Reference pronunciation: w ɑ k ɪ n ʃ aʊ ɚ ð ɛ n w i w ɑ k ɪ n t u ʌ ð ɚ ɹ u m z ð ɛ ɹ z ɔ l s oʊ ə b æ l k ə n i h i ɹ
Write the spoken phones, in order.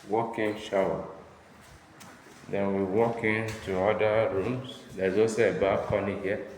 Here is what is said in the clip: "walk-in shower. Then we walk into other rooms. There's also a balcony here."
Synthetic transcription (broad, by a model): w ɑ k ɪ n ʃ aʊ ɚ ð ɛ n w i w ɑ k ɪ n t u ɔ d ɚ ɹ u m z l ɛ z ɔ s ə b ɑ k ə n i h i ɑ